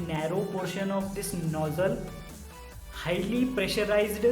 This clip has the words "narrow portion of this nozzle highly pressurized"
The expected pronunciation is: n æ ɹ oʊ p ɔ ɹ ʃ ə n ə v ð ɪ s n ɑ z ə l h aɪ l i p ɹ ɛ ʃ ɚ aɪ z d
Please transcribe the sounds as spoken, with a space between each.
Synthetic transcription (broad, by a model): n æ ɹ oʊ p ɔ ɹ ʃ ə n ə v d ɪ s n ɑ z ə l h aɪ l i p ɹ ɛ ʃ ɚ aɪ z d